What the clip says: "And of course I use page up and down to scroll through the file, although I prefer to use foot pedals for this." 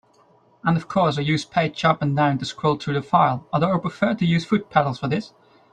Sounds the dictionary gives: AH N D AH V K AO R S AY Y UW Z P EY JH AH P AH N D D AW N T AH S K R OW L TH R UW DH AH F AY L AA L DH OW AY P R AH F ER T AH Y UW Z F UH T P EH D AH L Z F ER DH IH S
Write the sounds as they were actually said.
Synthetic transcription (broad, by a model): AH N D AH V K AO R S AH Y UW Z P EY CH AH P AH N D D AW N T AH S K R OW L TH R UW DH AH F AY L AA DH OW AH P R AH F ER T AH Y UW Z F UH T P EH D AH L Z F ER DH IH S